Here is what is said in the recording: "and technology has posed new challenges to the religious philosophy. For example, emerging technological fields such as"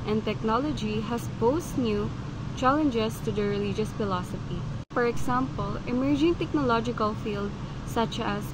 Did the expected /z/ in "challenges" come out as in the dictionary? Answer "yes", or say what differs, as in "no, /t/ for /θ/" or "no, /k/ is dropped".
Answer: no, /s/ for /z/